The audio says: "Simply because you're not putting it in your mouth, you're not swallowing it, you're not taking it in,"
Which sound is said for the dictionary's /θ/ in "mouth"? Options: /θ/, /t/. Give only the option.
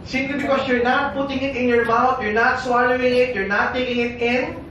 /t/